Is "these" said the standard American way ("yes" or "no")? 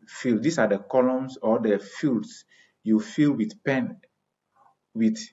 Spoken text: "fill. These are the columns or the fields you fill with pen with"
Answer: no